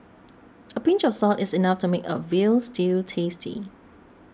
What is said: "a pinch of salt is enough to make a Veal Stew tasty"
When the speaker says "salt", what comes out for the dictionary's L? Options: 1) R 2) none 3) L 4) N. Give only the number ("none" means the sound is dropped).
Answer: 3